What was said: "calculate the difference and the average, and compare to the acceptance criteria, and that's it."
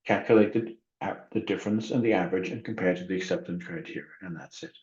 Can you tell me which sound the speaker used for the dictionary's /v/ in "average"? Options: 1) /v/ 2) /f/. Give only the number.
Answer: 1